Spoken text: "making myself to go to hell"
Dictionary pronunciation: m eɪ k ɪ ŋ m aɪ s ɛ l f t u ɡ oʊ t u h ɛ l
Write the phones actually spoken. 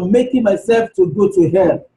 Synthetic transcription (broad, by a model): m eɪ k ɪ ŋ m aɪ s ɛ l f t u ɡ oʊ t u h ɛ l